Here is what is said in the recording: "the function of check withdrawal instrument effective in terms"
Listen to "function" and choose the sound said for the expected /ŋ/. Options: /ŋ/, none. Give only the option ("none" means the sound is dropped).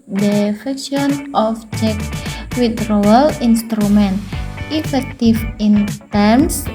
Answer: none